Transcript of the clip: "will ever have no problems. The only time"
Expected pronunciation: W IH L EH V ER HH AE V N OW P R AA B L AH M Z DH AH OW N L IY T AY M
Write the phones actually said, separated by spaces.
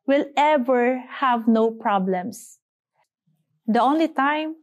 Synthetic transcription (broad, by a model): W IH L EH V ER HH AE V N OW P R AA B L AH M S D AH OW N L IY T AY M